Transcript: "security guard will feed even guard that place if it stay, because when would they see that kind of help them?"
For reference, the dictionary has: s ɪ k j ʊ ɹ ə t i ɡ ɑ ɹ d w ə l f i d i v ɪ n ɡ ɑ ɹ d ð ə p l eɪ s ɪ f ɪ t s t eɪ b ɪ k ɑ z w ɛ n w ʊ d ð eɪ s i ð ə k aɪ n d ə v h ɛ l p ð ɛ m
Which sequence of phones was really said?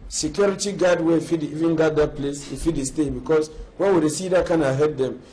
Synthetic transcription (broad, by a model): s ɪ k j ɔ ɹ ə t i ɡ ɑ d w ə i f i d i v ɪ n ɡ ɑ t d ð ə p l eɪ s ɪ f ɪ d s t eɪ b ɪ k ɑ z w ɛ n w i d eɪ s i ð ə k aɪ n ə h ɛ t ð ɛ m